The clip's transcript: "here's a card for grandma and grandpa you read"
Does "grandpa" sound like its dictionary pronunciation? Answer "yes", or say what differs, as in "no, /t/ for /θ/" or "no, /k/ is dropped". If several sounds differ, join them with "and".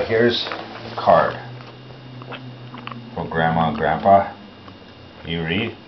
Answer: yes